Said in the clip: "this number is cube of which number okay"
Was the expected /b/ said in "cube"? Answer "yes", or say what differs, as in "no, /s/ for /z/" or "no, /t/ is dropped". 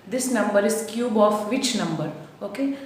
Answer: yes